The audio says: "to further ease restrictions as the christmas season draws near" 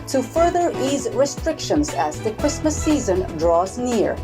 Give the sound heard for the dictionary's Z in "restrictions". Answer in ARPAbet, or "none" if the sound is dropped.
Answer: Z